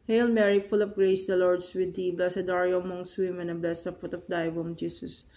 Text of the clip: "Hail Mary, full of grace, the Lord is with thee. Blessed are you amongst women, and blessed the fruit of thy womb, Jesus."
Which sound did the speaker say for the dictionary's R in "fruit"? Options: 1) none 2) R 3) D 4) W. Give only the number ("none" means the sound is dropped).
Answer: 1